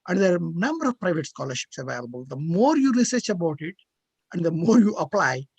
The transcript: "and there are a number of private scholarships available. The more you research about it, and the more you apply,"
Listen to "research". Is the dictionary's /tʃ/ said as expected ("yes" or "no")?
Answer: yes